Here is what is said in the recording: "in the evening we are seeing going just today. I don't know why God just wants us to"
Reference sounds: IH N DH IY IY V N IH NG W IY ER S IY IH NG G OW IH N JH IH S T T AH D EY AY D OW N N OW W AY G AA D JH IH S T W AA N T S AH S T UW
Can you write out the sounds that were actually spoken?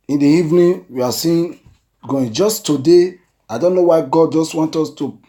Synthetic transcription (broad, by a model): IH N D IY IY V N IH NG W IY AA S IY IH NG G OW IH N JH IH S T T AH D EY AY D OW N N OW W AY G AA D JH IH S T W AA N T AO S T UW